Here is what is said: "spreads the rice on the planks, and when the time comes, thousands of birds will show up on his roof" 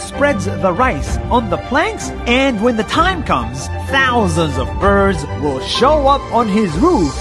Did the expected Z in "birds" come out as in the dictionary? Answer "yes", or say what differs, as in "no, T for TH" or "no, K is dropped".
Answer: yes